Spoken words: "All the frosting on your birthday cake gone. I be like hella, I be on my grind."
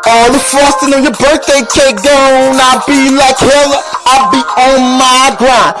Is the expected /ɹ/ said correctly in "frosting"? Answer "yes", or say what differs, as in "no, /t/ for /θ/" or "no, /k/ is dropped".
no, /ɹ/ is dropped